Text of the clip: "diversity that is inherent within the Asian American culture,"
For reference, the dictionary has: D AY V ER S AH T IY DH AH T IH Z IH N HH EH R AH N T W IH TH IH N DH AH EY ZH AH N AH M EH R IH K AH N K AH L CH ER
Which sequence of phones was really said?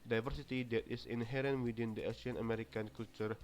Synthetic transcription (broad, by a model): D AY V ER S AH T IY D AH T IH S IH N HH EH R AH N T W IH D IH N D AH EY S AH N AH M EH R IH K AH N K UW L CH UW